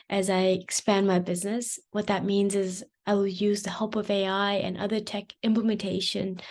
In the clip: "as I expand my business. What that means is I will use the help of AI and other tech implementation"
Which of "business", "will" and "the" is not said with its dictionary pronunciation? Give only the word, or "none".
none